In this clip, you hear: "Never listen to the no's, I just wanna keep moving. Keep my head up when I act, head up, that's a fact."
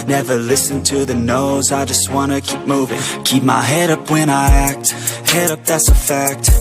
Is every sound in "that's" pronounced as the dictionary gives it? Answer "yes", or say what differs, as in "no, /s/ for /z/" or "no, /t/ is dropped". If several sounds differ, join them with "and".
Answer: yes